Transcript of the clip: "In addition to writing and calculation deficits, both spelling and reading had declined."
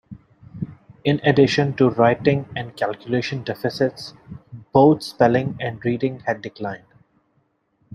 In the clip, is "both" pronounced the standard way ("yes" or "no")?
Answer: no